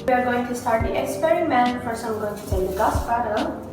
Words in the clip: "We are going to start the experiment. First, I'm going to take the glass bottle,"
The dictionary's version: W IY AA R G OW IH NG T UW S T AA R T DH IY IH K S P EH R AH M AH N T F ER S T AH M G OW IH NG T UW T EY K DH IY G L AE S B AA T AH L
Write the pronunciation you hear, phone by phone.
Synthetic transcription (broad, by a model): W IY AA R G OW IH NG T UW S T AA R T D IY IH K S P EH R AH M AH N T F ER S AH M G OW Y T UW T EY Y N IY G AA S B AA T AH